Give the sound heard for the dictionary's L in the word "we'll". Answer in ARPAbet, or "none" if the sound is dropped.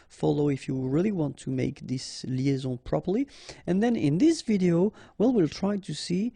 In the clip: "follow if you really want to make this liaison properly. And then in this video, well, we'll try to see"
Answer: L